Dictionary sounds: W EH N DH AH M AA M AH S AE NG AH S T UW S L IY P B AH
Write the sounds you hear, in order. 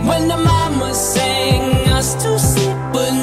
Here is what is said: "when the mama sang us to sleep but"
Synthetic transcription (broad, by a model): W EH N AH M AA M AH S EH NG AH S T UW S IY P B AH